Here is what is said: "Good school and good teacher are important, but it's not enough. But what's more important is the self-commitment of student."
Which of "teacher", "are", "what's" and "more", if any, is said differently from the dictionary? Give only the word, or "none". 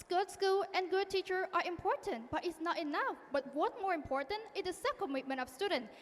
what's